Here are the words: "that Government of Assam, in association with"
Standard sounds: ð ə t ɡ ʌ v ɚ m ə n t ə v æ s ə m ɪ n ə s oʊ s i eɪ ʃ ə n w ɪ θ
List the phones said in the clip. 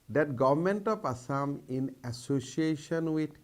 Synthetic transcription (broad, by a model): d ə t ɡ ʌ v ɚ m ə n t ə p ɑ s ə m ɪ n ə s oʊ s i eɪ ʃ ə n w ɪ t